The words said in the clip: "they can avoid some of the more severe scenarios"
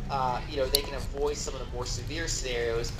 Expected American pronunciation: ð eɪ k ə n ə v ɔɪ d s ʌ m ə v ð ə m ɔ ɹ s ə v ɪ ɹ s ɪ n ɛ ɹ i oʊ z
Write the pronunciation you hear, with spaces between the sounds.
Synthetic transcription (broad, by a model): ð eɪ k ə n ə v ɔɪ d s ʌ m ə v ð ə m ɔ ɹ s ə v ɪ ɹ s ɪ n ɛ ɹ i oʊ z